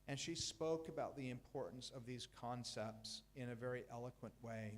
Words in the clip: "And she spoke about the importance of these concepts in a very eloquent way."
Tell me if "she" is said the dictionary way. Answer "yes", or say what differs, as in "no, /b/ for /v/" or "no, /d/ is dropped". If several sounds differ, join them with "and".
yes